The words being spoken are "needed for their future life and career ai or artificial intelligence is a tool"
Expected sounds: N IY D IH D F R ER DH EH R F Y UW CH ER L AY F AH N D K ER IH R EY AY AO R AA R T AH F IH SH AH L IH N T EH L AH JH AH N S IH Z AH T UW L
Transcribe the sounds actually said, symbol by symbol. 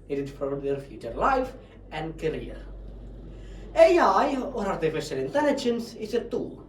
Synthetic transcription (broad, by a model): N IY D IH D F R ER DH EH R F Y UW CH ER L AY F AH N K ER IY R EY AY AO R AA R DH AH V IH S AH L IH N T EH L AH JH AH N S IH S AH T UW